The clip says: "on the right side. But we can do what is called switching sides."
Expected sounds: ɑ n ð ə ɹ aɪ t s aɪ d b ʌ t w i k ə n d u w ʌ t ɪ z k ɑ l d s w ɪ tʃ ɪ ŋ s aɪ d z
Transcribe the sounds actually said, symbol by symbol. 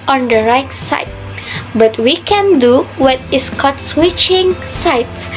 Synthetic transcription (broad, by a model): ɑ n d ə ɹ aɪ t s aɪ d b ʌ t w i k ə n d u w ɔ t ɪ s k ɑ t s w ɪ tʃ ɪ ŋ s aɪ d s